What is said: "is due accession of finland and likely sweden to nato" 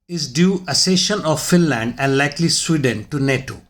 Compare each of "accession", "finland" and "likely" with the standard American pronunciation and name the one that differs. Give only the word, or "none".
accession